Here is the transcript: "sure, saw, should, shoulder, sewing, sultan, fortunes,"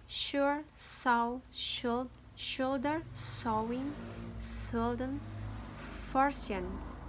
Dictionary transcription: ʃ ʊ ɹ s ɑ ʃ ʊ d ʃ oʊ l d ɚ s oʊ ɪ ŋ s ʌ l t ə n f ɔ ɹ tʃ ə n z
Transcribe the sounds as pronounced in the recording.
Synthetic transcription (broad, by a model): ʃ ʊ ɹ s ɑ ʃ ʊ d ʃ oʊ l d ɚ s oʊ ɪ ŋ s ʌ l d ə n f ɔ ɹ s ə n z